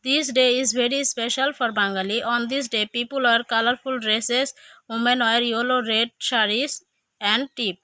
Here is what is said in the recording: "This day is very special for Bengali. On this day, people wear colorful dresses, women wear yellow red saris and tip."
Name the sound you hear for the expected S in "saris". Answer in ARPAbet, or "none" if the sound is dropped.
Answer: SH